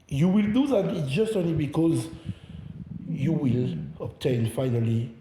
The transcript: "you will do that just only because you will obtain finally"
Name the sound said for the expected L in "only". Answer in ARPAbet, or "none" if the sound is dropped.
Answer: L